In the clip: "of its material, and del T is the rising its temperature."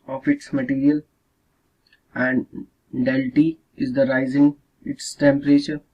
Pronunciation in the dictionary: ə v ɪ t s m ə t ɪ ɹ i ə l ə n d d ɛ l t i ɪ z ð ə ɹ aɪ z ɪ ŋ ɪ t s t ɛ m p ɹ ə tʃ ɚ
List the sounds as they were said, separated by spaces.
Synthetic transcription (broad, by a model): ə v ɪ t s m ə t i ɹ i ə l ə n d d ɛ l t i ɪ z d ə ɹ aɪ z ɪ ŋ ɪ t s t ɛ m p ɹ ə tʃ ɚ